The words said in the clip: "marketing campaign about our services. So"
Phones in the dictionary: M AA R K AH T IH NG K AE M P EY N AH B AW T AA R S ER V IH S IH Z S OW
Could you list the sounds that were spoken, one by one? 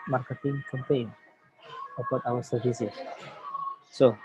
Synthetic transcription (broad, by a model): M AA R K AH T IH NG K AE M P EY N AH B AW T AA W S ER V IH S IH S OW